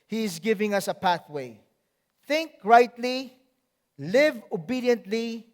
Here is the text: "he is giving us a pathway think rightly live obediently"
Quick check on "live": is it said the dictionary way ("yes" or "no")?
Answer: yes